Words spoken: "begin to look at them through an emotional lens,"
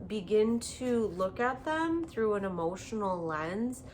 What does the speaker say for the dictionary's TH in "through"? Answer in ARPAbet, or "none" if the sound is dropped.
TH